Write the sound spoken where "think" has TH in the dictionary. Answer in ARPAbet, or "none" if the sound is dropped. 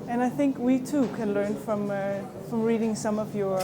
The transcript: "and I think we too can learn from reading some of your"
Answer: TH